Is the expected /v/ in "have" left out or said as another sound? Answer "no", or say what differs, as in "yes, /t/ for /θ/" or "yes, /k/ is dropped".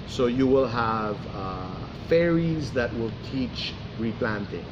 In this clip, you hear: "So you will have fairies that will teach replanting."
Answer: no